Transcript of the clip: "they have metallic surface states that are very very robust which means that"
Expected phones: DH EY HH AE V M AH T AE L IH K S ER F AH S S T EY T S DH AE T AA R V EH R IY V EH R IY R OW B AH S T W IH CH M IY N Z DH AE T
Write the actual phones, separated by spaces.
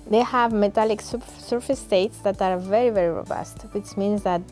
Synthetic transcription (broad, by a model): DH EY HH AE V M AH T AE L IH K S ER F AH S S T EY T S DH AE T AA R V EH R IY V EH R IY R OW B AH S T W IH CH M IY N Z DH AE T